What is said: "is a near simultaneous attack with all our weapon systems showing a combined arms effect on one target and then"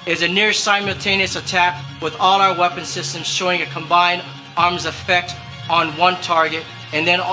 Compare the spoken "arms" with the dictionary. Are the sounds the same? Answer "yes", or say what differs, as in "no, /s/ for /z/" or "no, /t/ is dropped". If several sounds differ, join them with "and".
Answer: yes